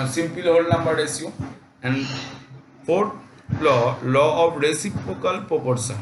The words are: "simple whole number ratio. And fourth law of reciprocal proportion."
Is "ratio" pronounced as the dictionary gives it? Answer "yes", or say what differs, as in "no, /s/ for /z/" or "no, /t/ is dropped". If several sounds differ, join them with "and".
no, /s/ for /ʃ/